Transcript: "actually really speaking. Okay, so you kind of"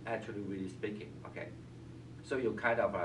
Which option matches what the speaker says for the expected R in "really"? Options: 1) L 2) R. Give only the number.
2